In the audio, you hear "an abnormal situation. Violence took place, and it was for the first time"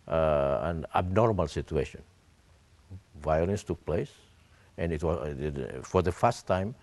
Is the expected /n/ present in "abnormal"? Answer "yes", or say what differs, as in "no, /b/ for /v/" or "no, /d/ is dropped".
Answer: yes